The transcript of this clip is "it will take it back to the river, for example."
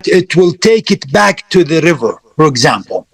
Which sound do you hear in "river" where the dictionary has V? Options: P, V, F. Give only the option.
V